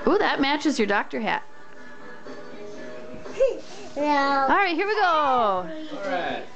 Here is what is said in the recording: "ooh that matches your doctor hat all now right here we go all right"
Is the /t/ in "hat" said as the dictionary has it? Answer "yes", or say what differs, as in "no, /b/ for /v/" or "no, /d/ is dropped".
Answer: yes